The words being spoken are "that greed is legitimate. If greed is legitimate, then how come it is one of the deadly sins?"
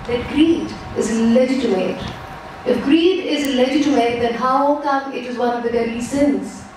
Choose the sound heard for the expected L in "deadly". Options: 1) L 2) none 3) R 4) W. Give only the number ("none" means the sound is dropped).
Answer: 2